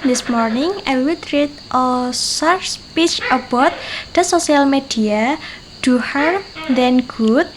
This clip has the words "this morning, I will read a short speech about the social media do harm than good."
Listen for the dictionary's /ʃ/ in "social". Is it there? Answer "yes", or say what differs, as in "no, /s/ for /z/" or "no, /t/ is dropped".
no, /s/ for /ʃ/